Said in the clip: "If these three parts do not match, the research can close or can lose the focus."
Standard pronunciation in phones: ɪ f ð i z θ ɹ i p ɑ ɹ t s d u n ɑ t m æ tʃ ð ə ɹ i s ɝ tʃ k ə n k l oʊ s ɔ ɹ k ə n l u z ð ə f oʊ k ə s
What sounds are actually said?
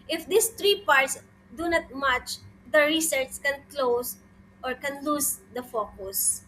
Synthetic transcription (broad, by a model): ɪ f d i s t ɹ i p ɑ ɹ t s d u n ɑ t m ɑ tʃ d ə ɹ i s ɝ s k ə n k l oʊ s ɔ ɹ k ə n l u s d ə f oʊ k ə s